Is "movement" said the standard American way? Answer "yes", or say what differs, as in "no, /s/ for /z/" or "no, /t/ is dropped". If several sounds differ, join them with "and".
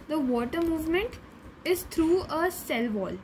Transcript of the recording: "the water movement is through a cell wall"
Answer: yes